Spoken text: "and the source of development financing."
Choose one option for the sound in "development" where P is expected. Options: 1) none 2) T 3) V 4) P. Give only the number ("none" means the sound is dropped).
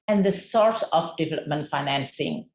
4